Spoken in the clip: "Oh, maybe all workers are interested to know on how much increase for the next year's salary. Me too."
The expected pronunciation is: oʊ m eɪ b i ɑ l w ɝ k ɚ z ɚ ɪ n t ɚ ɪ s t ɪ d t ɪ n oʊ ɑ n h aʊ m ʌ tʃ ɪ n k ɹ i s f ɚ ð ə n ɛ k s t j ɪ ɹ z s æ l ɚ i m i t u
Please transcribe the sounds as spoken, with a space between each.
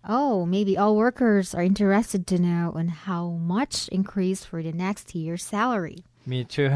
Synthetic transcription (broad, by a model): oʊ m eɪ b i ɑ l w ɝ k ɚ z ɚ ɪ n t ɚ ɪ s t ɪ d t ɪ n oʊ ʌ n h aʊ m ʌ tʃ ɪ n k ɹ i s f ɚ ð ə n ɛ k s t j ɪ ɹ s æ l ɚ i m i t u